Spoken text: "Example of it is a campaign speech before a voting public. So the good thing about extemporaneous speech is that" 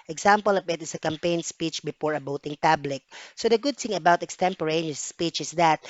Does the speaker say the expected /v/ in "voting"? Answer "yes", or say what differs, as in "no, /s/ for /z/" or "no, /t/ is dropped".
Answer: no, /b/ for /v/